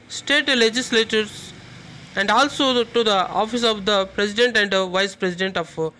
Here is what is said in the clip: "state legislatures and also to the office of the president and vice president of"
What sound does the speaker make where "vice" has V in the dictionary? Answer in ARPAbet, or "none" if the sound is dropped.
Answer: V